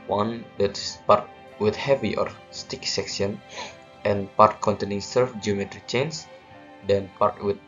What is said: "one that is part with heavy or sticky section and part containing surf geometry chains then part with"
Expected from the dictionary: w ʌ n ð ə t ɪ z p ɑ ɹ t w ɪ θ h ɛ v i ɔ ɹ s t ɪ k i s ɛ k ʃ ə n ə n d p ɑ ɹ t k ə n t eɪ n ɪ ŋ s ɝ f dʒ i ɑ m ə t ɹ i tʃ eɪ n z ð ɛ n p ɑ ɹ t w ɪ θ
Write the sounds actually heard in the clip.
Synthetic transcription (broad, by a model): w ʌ n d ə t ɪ s p ɑ ɹ t w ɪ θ h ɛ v i ɔ ɹ s t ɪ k s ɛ k s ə n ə n p ɑ ɹ t k ə n t eɪ n ɪ ŋ s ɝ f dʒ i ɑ m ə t ɹ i tʃ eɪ n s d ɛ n p ɑ ɹ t w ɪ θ